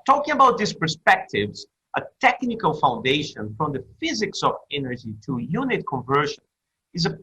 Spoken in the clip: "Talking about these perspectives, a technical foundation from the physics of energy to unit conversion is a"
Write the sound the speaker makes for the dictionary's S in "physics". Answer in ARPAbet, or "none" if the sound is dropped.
S